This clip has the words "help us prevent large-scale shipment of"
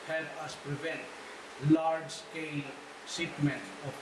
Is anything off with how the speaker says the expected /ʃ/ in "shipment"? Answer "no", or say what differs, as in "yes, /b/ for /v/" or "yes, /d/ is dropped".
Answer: yes, /s/ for /ʃ/